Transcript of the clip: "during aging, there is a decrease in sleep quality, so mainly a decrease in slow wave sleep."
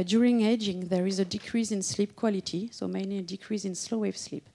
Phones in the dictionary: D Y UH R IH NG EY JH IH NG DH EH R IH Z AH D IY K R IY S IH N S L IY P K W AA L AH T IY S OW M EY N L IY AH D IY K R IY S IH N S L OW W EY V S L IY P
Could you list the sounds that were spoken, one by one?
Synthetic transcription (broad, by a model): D Y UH R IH NG EY JH IH NG DH EH R IH Z AH D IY K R IY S IH N S L IY P K W AA L AH T IY S OW M EY N L IY AH D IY K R IY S IH N S L OW W EY V S L IY P